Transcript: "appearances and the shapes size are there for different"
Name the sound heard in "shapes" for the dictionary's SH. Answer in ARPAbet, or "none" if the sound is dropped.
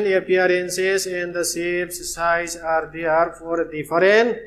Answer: S